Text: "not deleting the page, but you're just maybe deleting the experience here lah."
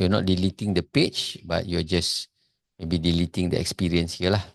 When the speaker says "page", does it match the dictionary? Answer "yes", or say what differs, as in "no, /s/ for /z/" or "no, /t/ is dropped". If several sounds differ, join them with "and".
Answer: no, /tʃ/ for /dʒ/